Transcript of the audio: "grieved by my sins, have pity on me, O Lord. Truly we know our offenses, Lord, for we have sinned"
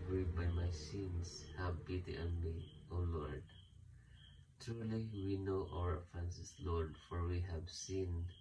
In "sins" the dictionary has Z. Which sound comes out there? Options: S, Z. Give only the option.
S